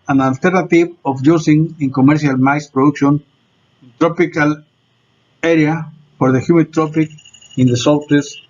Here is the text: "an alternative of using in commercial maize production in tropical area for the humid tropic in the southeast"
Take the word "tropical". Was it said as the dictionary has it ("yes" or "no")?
yes